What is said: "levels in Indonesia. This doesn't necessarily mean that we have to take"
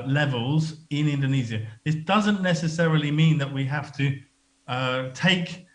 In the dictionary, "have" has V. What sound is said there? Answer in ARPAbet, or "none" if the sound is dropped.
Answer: F